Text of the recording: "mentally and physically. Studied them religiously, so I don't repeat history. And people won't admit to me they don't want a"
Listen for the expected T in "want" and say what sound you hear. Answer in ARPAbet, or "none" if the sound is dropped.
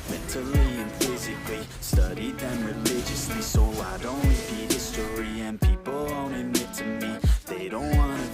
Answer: none